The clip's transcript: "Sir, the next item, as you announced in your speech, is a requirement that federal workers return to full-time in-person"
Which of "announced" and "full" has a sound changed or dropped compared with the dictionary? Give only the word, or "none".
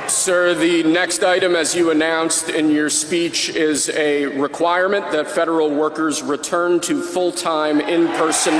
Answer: none